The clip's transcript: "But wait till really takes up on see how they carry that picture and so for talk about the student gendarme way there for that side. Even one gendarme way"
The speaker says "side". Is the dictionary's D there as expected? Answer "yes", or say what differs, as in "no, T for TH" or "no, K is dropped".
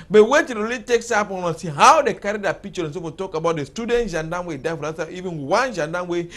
no, D is dropped